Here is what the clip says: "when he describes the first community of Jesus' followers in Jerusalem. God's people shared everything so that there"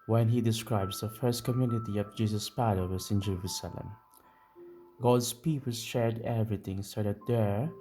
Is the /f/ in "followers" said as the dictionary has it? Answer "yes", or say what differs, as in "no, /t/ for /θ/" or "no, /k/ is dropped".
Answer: no, /p/ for /f/